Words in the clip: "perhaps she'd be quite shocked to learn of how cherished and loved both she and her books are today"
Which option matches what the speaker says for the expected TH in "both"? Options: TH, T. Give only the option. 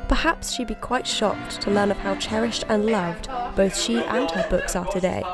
TH